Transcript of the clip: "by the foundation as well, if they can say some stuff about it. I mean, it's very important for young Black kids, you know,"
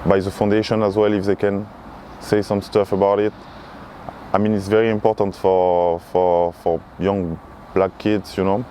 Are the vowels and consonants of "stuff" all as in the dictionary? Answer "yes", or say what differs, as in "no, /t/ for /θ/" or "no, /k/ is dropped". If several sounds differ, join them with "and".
yes